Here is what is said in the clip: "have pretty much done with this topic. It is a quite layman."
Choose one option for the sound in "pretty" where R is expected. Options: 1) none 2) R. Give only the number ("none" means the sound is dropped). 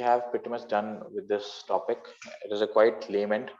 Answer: 1